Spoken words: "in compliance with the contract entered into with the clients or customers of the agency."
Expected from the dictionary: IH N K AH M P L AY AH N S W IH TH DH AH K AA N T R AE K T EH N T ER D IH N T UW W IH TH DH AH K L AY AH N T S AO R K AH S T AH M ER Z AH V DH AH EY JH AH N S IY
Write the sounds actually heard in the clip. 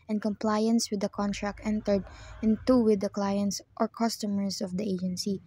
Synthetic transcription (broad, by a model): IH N K AH M P L AY AH N S W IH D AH K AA N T R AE K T EH N T ER D IH N T UW W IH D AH K L AY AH N T S AO R K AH S T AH M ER S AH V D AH EY JH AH N S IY